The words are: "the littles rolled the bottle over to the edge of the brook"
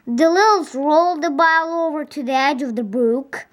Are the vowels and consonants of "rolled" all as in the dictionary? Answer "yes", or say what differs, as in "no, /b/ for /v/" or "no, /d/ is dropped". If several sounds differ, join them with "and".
yes